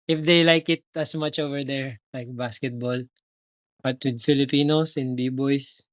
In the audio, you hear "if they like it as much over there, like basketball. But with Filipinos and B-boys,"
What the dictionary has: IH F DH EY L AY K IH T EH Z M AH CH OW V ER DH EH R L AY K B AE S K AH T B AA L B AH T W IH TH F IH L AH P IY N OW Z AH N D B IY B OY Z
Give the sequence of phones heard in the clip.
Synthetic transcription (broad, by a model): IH F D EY L AY K IH T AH S M AH CH OW V ER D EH R L AY K B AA S K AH T B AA L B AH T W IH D F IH L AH P IY N OW S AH N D B IY B OY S